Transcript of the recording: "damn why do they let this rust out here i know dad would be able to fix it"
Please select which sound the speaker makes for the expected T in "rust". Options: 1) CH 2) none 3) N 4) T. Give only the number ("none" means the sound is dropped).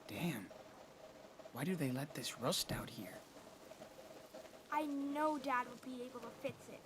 4